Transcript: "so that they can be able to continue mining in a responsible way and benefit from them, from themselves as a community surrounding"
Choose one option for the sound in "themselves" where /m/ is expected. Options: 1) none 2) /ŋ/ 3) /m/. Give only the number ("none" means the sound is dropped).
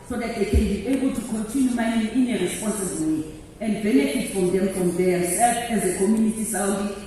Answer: 1